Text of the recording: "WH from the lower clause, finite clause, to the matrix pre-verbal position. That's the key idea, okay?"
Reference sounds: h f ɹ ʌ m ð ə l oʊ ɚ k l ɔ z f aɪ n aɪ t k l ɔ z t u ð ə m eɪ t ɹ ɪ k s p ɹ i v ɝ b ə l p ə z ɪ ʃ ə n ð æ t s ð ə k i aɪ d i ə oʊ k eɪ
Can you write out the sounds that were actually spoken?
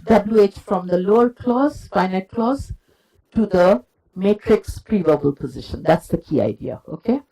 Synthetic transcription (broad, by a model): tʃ f ɹ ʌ m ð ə l oʊ ɚ k l ɔ z f aɪ n aɪ t k l ɔ z t u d ə m eɪ t ɹ ɪ k s p ɹ i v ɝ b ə l p ə z ɪ ʃ ə n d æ t s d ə k i aɪ d i ə oʊ k eɪ